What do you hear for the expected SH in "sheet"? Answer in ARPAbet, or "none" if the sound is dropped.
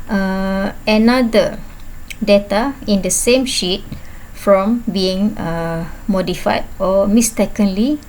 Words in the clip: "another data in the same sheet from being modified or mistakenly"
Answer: SH